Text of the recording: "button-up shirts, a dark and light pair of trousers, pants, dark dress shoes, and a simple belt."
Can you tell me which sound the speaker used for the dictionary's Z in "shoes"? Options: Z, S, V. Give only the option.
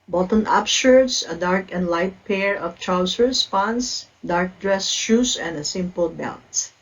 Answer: S